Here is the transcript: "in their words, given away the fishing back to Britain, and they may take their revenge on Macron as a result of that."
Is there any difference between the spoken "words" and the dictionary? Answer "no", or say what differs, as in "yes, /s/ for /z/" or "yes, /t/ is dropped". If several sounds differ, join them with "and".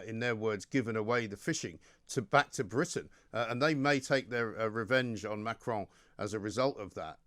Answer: no